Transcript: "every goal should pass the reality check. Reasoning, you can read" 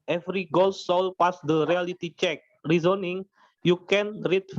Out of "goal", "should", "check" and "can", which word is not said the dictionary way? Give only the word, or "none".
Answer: should